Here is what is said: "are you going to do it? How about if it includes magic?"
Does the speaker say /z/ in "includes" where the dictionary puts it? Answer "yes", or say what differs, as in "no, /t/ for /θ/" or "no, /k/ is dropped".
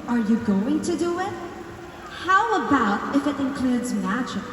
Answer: yes